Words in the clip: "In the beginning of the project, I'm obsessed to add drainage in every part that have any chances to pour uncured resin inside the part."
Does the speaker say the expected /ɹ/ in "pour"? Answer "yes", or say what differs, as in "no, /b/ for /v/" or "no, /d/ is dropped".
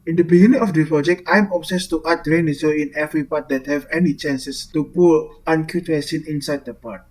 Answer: no, /l/ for /ɹ/